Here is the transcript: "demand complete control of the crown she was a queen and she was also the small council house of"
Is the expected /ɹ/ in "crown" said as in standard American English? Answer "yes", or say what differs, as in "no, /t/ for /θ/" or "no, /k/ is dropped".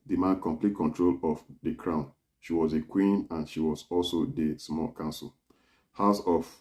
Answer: yes